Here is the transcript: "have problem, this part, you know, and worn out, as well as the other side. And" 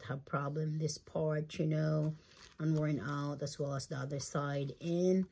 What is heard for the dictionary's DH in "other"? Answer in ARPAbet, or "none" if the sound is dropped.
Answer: DH